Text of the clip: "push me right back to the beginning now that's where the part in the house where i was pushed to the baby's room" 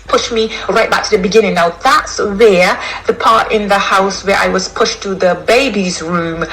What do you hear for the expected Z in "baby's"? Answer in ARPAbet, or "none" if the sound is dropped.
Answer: Z